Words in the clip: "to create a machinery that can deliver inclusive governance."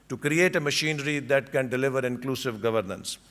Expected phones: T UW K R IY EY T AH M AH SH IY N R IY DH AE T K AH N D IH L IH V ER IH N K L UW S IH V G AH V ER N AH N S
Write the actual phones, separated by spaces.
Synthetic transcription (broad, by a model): T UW K R IY EY T AH M AH SH IY N R IY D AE T K AH N D IH L IH V ER IH N K L UW S IH V G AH V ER N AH N S